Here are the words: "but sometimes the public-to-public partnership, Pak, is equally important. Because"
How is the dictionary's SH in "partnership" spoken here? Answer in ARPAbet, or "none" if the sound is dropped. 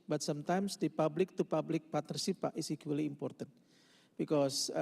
S